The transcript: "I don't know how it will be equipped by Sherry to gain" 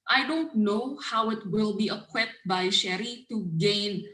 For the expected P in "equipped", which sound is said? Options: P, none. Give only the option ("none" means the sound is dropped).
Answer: none